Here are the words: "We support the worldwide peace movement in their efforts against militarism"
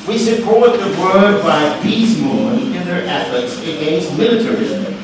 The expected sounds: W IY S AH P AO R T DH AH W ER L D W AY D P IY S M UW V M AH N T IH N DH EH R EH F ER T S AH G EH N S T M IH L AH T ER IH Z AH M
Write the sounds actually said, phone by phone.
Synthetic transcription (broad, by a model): W IY S AH P AO R T DH AH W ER D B AY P IY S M M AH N IH N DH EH R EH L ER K S AH G EH N S T M IH L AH T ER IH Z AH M